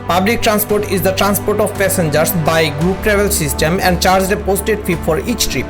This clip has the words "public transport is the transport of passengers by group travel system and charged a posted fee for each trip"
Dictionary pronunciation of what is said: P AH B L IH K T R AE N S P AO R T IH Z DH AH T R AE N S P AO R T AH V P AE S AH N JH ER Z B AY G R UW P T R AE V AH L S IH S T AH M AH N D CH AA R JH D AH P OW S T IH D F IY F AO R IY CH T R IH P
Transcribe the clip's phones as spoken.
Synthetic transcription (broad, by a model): P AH B L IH K T R AE N S P AO R T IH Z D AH T R AE N S P AO R T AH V P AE S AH N JH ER S B AY G R UW P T R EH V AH L S IH S T AH M AH N D CH AA R JH D AH P OW S T IH D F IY F AO R IY CH T R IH P